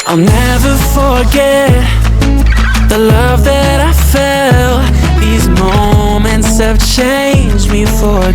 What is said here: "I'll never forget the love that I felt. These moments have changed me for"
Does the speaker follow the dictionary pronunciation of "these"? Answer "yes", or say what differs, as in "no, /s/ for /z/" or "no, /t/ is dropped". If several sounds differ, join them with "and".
yes